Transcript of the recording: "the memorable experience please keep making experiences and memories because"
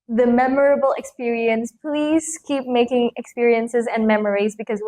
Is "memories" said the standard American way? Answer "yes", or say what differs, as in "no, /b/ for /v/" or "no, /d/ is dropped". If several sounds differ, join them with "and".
yes